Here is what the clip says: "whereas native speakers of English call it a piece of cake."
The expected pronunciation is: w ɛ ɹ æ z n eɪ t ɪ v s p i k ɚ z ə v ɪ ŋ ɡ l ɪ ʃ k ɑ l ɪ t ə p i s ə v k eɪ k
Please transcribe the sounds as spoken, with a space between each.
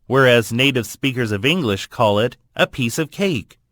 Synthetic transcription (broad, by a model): w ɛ ɹ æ z n eɪ t ɪ v s p i k ɚ z ə v ɪ ŋ ɡ l ɪ ʃ k ɑ l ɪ t ə p i s ə v k eɪ k